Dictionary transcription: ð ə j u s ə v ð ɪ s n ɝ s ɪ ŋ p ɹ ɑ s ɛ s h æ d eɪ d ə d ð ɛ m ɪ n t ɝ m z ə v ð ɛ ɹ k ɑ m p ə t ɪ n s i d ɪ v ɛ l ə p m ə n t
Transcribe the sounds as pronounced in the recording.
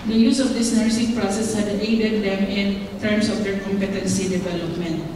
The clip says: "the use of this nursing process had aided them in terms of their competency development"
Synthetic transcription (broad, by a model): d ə j u s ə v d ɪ s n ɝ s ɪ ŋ p ɹ ɑ s ɛ s h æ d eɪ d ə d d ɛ m ɪ n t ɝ m s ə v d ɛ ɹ k ɑ m p ə t ɪ n s i d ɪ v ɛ l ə p m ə n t